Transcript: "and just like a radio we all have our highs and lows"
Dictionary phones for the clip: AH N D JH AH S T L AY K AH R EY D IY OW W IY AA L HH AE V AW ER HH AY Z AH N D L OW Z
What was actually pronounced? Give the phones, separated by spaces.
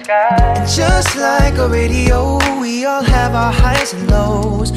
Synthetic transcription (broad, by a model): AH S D ZH AH S T L AY K AH R EY D IY OW W IY AA L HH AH V AW ER HH AY AH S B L OW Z